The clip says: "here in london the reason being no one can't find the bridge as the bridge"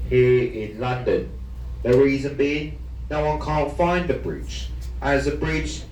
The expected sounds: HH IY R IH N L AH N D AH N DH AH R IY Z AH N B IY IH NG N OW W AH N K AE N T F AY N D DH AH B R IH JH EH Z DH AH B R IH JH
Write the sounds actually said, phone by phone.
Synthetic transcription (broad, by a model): HH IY R IH N L AH N D AH N DH AH R IY Z AH N B IY IH NG N OW W AH N K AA N T F AY N DH AH B R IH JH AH Z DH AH B R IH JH